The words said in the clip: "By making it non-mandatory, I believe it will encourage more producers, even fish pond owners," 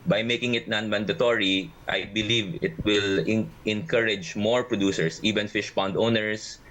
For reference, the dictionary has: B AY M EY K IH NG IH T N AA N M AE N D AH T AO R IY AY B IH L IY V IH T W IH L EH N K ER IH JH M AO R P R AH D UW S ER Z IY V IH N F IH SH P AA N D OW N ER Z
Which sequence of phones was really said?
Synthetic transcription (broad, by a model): B AY M EY K IH NG IH T N AA N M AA N D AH T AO R IY AY B IH L IY V IH T W IH L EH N K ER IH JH M AO R P R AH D UW S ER S IY V IH N F IH SH P AA N D OW N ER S